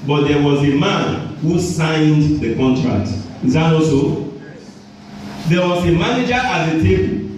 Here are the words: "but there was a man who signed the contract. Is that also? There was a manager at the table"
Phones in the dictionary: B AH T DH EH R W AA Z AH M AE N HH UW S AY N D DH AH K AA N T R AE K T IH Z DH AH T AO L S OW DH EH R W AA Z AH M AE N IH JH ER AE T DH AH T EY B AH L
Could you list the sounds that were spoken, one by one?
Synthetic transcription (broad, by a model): B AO T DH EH W AA Z AH M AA N HH UW S AY N D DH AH K AA N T R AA K T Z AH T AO S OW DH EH W AA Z AH M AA N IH JH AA T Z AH T EY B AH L